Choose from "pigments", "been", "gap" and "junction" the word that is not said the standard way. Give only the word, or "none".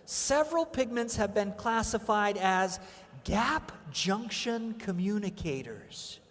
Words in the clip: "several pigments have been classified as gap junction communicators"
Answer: none